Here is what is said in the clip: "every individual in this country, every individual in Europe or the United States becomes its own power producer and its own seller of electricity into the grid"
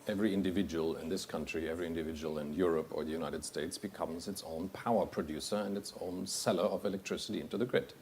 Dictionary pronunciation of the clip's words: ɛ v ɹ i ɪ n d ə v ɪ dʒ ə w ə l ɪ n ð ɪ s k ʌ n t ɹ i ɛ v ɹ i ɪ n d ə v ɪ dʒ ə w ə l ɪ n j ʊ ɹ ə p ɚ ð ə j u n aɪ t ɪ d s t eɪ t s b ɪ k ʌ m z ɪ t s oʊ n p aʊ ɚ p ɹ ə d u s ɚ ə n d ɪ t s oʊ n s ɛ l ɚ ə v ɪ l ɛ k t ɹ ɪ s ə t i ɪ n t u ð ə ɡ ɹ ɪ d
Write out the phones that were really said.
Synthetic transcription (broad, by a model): ɛ v ɹ i ɪ n d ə v ɪ dʒ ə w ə l ɪ n ð ɪ s k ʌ n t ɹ i ɛ v ɹ i ɪ n d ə v ɪ dʒ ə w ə l ɪ n j ʊ ɹ ə p ɚ ð ə j u n aɪ t ɪ d s t eɪ t s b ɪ k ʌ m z ɪ t s oʊ n p aʊ ɚ p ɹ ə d u s ɚ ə n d ɪ t s oʊ n s ɛ l ɚ ə v ɪ l ɛ k t ɹ ɪ s ə t i ɪ n t u ð ə ɡ ɹ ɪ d